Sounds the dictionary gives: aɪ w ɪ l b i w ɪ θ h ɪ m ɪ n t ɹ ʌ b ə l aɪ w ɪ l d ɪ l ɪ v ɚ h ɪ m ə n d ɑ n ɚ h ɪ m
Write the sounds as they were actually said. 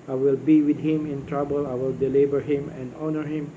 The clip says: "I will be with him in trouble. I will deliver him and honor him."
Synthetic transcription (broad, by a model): aɪ w ɪ l b i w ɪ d h ɪ m ɪ n t ɹ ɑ b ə l aɪ w ɪ l d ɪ l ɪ b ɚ h ɪ m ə n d ɑ n ɚ h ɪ m